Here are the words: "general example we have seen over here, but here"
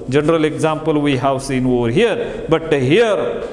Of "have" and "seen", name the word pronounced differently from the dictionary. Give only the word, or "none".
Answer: have